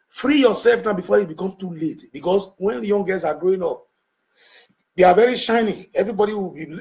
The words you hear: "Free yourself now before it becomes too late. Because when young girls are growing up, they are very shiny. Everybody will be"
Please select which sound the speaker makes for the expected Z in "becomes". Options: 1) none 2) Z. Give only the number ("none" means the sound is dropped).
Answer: 1